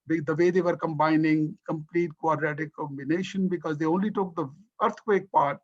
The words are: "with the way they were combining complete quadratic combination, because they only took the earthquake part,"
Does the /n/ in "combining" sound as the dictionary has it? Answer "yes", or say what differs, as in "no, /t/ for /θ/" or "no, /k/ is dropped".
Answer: yes